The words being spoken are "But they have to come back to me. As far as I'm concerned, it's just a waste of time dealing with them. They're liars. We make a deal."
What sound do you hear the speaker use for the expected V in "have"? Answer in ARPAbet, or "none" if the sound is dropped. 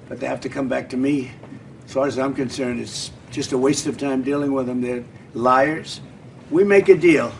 F